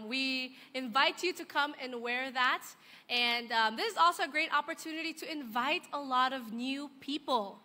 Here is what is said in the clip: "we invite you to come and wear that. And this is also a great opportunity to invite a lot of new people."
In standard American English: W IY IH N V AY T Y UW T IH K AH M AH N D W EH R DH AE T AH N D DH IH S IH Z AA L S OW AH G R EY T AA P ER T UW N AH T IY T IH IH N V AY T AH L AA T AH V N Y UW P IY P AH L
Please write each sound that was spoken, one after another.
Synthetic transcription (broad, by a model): W IY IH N V AY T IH T IH K AH M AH N W EH R DH AE T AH N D DH IH S IH Z AA L S OW AH G R EY T AA P ER T UW N AH T IY T IH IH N V AY T AH L AA T AH V N Y UW P IY P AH L